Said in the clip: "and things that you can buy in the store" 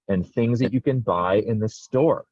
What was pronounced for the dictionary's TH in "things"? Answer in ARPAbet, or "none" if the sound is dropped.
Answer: TH